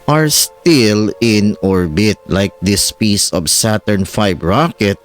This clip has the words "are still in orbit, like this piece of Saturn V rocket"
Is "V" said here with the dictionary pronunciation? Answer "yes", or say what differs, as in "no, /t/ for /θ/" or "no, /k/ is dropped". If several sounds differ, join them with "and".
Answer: no, /f/ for /v/